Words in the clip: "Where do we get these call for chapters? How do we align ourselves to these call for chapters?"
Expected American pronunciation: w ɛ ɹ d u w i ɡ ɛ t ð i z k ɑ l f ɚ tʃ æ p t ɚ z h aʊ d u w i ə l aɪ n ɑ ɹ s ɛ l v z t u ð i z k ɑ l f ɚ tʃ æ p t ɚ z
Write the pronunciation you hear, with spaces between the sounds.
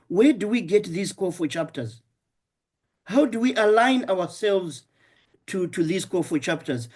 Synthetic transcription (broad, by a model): w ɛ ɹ d u w i ɡ ɛ t ð i z k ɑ f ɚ tʃ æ p t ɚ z h aʊ d u w i ə l aɪ n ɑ w s ɛ l v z t u ð i z k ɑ f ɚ tʃ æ p t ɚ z